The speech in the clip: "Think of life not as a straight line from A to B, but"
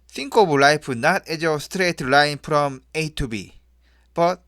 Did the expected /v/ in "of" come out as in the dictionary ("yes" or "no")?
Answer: no